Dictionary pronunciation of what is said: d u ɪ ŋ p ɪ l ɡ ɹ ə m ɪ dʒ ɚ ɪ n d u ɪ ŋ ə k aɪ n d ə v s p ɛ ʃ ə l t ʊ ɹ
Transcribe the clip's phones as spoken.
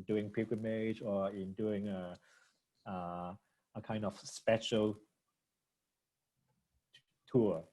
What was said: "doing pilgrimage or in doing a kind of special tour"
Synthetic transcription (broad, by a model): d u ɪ ŋ p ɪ ɡ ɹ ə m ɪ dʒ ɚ ɪ n d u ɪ ŋ ə k aɪ n d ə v s p ɛ ʃ ə l t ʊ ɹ